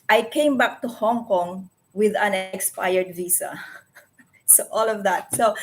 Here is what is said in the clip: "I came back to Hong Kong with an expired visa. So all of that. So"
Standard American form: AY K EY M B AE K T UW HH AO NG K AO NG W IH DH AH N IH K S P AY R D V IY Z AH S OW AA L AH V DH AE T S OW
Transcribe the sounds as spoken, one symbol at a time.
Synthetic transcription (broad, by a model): AY K EY M B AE K T UW HH AO NG K AO NG W IH DH AH N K S P AY R D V IY S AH S OW AA L AH V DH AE T S OW